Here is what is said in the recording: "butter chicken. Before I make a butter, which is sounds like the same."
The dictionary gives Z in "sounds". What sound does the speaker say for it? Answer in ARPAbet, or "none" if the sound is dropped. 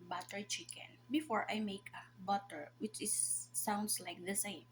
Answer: S